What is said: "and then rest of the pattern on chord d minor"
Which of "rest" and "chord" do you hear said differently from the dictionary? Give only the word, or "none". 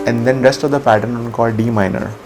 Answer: chord